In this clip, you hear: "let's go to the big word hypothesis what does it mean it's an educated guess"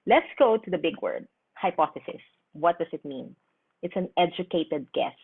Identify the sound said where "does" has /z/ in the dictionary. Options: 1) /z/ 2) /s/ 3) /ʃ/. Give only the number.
2